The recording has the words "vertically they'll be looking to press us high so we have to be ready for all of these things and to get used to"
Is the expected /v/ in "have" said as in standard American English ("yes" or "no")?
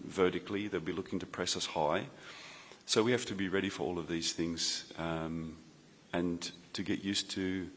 no